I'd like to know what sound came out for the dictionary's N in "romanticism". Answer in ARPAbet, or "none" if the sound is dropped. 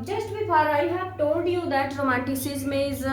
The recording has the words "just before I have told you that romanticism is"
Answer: none